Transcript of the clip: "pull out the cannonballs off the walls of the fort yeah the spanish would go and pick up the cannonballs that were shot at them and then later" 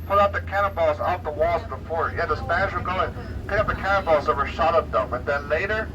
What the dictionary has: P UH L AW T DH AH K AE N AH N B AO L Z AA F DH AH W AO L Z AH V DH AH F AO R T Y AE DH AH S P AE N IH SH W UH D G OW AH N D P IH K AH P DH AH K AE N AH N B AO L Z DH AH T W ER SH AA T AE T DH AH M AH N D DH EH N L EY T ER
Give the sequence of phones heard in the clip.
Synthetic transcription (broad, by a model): P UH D AW T DH AH K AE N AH B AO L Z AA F DH AH W AO L Z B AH F AO R Y AE DH AH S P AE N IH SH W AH G OW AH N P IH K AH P DH AH K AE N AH B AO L Z DH AH T W ER SH AA T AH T DH AH M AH N DH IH N L EY T ER